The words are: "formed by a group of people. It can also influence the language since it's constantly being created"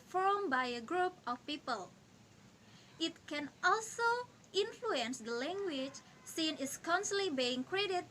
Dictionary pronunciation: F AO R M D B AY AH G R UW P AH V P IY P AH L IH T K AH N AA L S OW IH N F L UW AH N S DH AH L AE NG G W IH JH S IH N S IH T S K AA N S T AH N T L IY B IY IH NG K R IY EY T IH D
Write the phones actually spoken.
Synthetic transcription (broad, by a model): F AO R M B AY AH G R UW P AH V P IY P AH L IH T K AH N AA L S OW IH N F L UW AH N S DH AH L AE NG G W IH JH S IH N IH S K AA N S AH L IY B IY IH NG K R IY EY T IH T